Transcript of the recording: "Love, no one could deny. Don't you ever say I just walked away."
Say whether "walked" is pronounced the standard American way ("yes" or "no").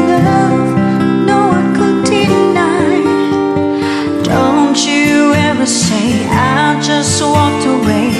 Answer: yes